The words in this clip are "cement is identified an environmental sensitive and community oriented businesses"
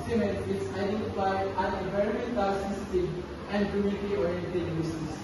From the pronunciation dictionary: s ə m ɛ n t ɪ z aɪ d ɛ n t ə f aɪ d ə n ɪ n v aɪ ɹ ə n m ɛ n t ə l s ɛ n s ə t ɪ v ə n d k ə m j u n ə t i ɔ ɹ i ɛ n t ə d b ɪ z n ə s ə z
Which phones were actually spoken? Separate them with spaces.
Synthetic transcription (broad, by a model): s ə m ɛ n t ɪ s aɪ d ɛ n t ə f aɪ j ə n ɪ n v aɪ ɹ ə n m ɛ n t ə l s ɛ s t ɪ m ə n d k ə m j u n ə t i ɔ ɹ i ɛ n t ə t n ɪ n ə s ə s